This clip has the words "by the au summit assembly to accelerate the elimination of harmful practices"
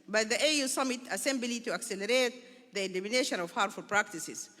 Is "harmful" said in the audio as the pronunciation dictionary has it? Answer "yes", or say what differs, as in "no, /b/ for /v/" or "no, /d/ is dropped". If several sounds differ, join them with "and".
no, /m/ is dropped